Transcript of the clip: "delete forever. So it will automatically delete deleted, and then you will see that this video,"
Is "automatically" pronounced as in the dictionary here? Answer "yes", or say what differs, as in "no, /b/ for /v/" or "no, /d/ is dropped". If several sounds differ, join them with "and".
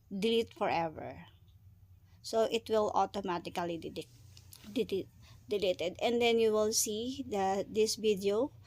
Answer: no, /l/ is dropped